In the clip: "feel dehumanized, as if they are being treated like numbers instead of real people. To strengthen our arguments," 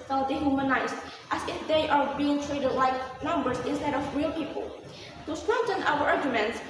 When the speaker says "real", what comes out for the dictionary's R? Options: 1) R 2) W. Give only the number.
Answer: 1